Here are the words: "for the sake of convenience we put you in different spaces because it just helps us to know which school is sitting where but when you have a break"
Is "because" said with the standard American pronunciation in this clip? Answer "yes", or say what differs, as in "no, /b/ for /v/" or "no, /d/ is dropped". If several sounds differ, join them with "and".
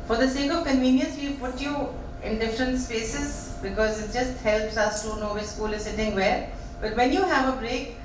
yes